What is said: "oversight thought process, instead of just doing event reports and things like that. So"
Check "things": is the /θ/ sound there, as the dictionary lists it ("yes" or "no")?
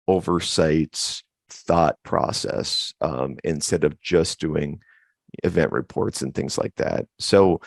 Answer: yes